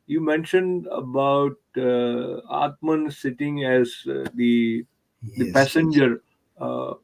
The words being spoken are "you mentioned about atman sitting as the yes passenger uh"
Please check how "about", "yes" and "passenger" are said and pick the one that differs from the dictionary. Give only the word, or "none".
yes